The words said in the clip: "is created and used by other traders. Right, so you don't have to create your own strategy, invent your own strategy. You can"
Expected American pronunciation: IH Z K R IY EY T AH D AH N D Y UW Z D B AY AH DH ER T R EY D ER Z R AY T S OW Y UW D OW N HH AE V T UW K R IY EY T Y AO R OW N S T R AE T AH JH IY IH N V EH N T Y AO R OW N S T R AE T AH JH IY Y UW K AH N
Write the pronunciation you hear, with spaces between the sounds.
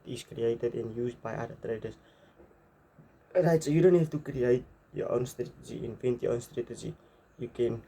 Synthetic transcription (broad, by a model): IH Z K R IY EY T AH D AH N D Y UW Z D B AY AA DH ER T R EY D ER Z R AY T S OW Y UW D OW N HH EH F T UW K R IY EY T Y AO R OW N S T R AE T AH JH IY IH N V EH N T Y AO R OW N S T R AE T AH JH IY Y UW K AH N